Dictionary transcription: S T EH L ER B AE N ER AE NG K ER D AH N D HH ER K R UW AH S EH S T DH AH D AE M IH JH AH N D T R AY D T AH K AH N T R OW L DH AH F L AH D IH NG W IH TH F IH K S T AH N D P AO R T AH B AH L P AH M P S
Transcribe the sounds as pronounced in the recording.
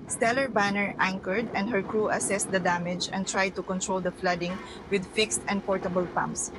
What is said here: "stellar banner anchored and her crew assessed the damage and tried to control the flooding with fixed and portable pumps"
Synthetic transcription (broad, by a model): S T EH L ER B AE N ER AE NG K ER D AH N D HH ER K R UW AH S EH S T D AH D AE M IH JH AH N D T R AY D T AH K AH N T R OW L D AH F L AH D IH NG W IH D F IH K S T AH N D P AO R T AH B AH L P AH M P S